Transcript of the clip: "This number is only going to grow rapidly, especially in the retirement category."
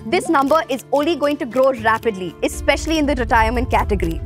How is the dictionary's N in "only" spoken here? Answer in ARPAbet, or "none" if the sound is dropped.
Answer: N